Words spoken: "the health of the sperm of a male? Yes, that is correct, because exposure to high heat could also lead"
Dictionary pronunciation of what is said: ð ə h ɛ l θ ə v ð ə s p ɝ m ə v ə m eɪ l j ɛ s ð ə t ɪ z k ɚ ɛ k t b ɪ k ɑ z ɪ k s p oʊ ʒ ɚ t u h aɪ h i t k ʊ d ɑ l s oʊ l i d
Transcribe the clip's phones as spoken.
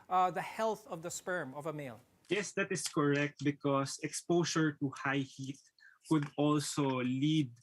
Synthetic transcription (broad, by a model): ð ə h ɛ l θ ə v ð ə s p ɝ m ə v ə m eɪ l j ɛ s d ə t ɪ s k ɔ ɛ k t b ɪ k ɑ s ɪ k s p oʊ s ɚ t u h aɪ h i t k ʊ d ɑ l s oʊ l i d